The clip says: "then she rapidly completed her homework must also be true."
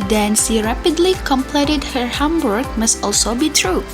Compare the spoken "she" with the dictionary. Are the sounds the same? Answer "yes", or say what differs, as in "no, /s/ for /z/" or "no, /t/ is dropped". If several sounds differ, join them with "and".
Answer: no, /s/ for /ʃ/